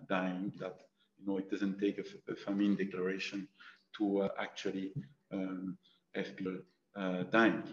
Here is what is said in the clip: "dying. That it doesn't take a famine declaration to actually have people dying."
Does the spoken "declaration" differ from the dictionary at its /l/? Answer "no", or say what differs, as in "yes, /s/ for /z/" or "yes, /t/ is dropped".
no